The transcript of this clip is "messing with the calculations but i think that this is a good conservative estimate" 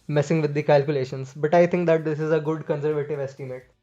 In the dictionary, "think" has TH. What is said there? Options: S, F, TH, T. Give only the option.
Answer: T